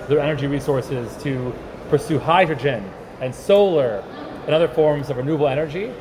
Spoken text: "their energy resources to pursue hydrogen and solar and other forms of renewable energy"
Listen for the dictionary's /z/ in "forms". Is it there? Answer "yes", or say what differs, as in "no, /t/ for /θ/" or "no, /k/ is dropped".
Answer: yes